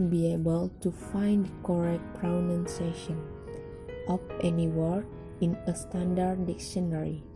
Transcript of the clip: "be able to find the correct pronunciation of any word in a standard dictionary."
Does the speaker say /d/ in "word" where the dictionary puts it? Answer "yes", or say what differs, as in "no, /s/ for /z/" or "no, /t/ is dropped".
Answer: no, /d/ is dropped